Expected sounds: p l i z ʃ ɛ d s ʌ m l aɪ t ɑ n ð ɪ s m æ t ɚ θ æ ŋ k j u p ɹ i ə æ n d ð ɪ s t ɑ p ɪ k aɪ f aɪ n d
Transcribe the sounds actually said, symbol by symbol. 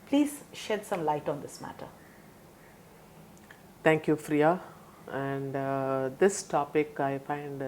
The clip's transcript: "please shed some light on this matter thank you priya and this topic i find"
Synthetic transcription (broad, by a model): p l i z ʃ ɛ d s ʌ m l aɪ t ɑ n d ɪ s m æ t ɚ t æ ŋ k j u f ɹ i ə æ n d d ɪ s t ɑ p ɪ k aɪ f aɪ n d